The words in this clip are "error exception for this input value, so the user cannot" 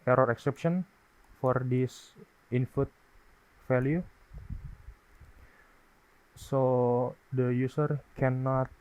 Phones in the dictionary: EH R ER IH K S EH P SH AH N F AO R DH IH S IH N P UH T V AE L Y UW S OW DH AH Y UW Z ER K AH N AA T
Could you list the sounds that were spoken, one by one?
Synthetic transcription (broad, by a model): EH R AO IH K S EH P SH AH N F AO R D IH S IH N F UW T F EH L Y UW S OW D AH Y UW S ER K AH N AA T